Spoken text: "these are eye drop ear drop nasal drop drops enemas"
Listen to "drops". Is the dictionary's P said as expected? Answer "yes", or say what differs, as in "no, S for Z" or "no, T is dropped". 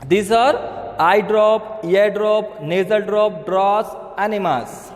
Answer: no, P is dropped